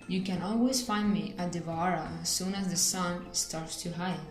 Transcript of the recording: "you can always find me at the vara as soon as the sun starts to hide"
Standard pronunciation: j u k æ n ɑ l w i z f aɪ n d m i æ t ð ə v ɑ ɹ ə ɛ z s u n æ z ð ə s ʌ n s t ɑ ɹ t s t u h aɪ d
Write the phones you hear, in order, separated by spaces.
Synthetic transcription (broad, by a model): j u k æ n ɑ l w i z f aɪ n d m i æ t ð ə v ɑ ɹ ə s u n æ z ð ə s ʌ n s t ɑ ɹ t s t u h aɪ